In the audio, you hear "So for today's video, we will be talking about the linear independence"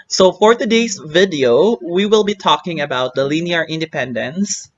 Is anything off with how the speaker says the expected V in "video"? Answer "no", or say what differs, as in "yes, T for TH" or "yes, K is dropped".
no